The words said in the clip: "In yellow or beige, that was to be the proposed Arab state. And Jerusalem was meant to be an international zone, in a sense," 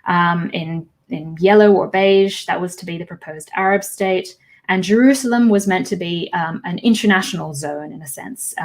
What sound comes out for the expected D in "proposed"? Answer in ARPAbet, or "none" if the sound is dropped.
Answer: D